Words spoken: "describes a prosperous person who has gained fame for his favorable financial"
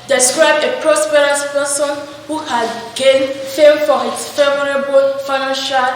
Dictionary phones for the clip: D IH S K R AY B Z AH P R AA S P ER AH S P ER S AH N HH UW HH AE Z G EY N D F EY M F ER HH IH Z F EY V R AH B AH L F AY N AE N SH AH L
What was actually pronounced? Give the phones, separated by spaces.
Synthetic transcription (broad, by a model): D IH S K R AY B AH P R AA S P ER AH S P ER S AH N HH UW HH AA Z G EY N F EY M F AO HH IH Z F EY V R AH B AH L F AY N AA N SH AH L